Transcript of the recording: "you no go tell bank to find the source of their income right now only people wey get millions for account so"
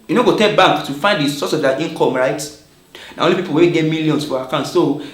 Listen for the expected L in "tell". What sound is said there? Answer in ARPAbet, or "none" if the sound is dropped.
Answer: N